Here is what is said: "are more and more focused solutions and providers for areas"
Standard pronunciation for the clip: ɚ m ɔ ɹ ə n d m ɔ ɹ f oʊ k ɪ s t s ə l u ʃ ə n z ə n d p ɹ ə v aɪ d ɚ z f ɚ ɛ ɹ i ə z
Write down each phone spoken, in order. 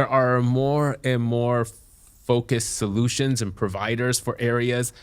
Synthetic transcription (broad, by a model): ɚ m ɔ ɹ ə n m ɔ ɹ f oʊ k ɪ s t s ə l u ʃ ə n z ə n p ɹ ə v aɪ d ɚ z f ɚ ɛ ɹ i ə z